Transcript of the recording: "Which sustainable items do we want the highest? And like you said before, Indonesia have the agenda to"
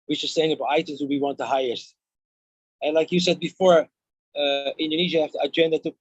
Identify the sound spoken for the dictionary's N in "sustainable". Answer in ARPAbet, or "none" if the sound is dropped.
none